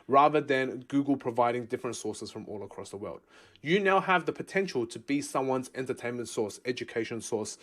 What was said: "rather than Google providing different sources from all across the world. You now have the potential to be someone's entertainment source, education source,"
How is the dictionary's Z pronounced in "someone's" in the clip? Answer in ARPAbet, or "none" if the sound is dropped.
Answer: Z